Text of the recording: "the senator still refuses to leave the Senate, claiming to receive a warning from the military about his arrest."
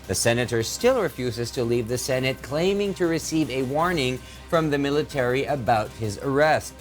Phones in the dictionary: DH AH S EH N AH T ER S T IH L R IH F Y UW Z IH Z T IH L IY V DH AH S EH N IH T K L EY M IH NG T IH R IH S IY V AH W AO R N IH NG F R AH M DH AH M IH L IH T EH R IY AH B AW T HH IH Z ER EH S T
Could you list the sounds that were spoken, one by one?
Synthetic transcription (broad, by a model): DH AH S EH N AH T ER S T IH L R IH F Y UW Z IH Z T IH L IY V DH AH S EH N IH T K L EY M IH NG T IH R IH S IY V AH W AO R N IH NG F R AH M DH AH M IH L IH T EH R IY AH B AW T HH IH Z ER EH S T